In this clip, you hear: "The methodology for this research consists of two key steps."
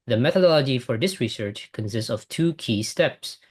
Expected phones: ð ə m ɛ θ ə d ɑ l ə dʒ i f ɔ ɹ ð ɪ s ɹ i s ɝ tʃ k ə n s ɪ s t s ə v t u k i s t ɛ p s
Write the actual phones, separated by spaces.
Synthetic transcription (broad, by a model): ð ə m ɛ θ ə d ɑ l ə dʒ i f ɔ ɹ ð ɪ s ɹ i s ɝ tʃ k ə n s ɪ s t s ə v t u k i s t ɛ p s